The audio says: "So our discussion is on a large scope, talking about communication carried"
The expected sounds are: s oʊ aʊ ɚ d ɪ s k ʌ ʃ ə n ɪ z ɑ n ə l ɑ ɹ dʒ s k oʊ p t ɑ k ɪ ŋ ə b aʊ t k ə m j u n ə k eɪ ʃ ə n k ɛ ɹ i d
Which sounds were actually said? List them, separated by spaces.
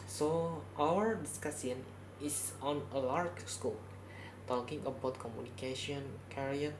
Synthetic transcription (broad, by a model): s oʊ aʊ ɚ d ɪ s k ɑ s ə n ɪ s ɑ n ə l ɑ ɹ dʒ s k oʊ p t ɑ k ɪ ŋ ə b aʊ t k ə m j u n ə k eɪ ʃ ə n k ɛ ɹ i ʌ